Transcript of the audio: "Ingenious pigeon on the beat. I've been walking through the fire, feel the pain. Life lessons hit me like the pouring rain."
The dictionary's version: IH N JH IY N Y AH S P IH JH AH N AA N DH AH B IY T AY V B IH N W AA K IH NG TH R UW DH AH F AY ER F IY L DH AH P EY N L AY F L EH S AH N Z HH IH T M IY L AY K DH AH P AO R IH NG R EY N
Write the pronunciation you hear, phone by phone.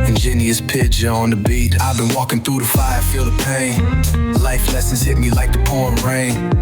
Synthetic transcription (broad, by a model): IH N JH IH N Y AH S P IH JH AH AH N DH AH B IY T AY V B IH N W AA K IH NG TH R UW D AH F AY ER F IY L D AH P EY N L AY F L EH S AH N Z HH IH T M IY L AY K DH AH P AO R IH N R EY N